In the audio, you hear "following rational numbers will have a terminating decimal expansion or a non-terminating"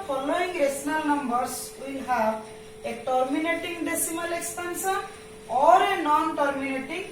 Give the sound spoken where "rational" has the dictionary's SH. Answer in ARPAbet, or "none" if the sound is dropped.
S